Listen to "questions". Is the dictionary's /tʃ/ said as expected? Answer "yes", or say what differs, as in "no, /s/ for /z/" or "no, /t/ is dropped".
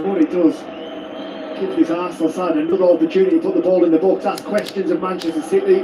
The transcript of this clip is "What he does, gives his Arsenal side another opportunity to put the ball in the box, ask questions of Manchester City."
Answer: yes